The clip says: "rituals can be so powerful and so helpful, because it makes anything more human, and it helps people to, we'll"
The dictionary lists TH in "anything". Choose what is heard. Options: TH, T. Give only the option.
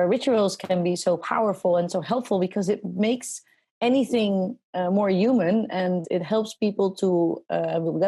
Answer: TH